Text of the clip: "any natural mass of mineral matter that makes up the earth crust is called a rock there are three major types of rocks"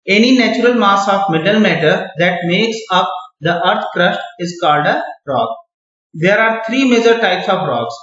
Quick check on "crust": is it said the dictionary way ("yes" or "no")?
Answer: no